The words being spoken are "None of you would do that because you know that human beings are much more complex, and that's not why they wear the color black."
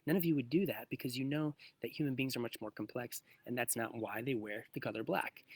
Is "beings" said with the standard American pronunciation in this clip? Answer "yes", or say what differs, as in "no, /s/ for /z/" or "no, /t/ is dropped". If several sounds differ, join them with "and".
yes